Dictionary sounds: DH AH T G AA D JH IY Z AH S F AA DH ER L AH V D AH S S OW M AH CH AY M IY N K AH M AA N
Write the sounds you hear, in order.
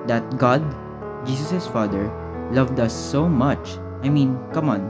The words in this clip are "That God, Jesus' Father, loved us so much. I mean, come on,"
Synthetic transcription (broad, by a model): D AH T G AA D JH IY S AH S F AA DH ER L AH V D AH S S OW M AH CH AY M IY N K AH M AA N